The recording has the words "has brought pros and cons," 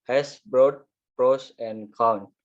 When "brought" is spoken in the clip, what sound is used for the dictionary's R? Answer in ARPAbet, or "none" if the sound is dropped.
R